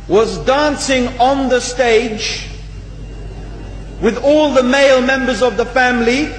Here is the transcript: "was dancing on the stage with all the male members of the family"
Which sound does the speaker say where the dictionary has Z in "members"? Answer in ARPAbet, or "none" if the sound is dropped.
Z